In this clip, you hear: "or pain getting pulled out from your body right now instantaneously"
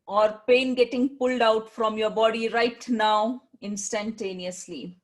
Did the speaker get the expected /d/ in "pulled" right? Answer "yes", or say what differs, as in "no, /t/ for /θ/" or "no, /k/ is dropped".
yes